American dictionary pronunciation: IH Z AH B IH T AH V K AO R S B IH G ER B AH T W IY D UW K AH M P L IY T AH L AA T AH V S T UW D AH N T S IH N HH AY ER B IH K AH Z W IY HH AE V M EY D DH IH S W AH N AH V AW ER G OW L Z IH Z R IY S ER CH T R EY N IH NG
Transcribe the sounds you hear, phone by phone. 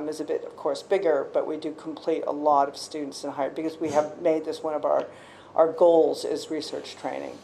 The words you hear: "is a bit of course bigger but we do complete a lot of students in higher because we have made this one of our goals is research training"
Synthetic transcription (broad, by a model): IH Z AH B IH T AH V K AO R S B IH G ER B AH T W IY D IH K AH M P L IY T AH L AA T AH V S T UW D N T S IH N HH AY ER B IH K AH Z W IY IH V M EY D DH IH S W AH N AH V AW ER G OW L Z IH Z R IY S ER CH T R EY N IH NG